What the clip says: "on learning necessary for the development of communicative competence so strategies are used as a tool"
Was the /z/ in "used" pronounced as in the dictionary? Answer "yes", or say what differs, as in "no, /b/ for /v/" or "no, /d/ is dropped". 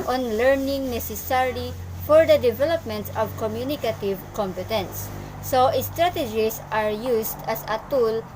no, /s/ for /z/